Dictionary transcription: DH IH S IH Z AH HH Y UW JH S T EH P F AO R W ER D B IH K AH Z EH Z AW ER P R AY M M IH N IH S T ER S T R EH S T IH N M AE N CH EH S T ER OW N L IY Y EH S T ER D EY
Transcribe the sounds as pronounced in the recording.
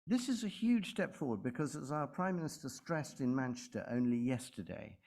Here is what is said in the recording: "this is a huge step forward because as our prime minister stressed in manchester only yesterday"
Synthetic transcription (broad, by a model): DH IH S IH Z AH HH Y UW JH S T EH P F AO R W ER D B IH K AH Z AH Z AW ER P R AY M M IH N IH S T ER S T R EH S T IH N M AE N CH EH S T ER OW N L IY Y EH S T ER D EY